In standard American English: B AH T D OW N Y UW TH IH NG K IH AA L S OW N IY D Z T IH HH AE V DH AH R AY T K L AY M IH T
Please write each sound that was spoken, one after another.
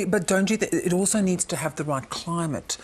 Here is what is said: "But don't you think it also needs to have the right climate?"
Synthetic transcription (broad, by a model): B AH T D OW N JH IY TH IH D AA L S OW N IY D Z T IH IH V DH AH R AY T K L AY M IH T